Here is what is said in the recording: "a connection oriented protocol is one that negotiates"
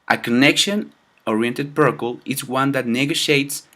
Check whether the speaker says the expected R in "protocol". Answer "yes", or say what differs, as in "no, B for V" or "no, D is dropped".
no, R is dropped